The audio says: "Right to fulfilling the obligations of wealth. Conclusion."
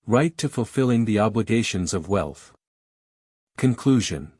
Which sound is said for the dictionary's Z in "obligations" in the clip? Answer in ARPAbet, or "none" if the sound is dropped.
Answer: Z